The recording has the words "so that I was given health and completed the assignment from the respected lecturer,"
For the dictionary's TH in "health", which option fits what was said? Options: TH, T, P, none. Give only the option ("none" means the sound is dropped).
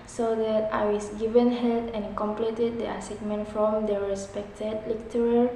T